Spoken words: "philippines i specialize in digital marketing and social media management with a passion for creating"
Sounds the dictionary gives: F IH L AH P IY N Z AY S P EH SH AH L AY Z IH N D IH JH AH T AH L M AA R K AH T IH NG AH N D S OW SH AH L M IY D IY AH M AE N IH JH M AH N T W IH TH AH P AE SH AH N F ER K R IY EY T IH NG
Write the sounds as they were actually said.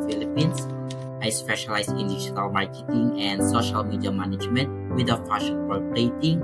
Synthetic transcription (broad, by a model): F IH L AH P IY N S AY S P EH SH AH L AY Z IH N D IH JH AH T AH L M AA R K AH T IH NG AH N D S OW SH AH L M IY D IY AH M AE N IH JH M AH N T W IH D AH F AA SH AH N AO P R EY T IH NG